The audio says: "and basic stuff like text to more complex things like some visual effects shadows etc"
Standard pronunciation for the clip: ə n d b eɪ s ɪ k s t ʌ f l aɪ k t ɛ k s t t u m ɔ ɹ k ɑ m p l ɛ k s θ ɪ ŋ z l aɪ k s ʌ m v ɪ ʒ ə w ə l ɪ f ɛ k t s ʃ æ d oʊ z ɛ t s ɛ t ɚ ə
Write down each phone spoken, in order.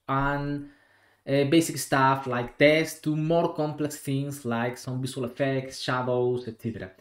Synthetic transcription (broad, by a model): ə n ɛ b eɪ s ɪ k s t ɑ f l aɪ k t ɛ s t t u m ɔ ɹ k ɑ m p l ɛ k s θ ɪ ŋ s l aɪ k s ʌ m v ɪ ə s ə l ɪ f ɛ k t s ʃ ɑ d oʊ s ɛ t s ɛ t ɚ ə